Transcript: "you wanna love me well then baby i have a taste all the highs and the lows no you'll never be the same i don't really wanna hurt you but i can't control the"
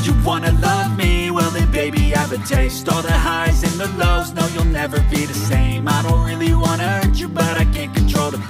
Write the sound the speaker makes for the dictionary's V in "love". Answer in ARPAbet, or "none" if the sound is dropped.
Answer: V